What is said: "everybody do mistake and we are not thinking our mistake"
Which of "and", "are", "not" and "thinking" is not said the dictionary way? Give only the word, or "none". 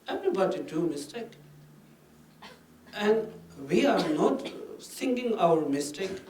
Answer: thinking